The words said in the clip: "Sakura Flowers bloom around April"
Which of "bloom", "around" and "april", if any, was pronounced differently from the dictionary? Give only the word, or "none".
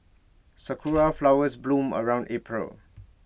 none